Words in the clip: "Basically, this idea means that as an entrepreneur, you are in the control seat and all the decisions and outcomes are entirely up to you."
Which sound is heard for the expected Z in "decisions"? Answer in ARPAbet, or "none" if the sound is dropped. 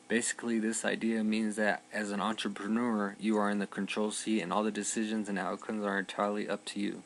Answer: Z